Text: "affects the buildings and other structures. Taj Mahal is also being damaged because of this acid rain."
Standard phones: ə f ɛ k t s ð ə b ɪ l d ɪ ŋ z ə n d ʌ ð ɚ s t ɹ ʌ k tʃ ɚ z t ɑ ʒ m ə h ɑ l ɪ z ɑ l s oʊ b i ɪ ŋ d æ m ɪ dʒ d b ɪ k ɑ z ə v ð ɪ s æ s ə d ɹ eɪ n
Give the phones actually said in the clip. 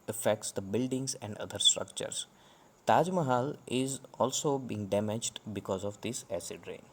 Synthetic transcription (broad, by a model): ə f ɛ k t s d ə b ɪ l d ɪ ŋ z ə n d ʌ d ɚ s t ɹ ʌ k tʃ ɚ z t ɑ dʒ m ə h ɑ l ɪ z ɑ l s oʊ b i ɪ ŋ d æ m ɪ dʒ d b ɪ k ɑ z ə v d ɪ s æ s ə d ɹ eɪ n